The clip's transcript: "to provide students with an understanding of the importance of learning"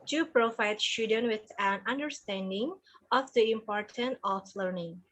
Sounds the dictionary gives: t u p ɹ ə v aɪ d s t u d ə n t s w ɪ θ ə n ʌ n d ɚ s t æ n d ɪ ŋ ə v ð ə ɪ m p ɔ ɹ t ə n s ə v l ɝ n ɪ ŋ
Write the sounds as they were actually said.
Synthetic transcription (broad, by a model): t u p ɹ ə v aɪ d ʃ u d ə n w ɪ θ ə n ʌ n d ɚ s t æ n d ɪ ŋ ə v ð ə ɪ m p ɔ ɹ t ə n ə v l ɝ n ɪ ŋ